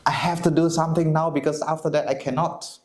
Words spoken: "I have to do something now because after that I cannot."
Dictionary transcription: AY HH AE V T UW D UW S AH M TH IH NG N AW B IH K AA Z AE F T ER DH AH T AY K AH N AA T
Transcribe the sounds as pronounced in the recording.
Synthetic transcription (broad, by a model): AY HH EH F T UW D UW S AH M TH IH NG N AW B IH K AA S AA F T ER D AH T AY K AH N AA T